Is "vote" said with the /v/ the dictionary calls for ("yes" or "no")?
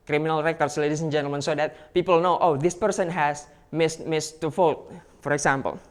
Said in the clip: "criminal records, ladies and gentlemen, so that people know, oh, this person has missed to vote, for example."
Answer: no